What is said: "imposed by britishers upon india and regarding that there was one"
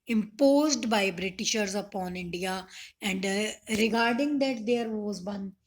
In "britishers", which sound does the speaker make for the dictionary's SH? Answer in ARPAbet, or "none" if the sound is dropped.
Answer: SH